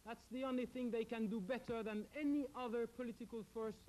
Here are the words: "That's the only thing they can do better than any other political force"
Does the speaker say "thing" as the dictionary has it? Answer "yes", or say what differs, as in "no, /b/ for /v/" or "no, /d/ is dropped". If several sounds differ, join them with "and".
yes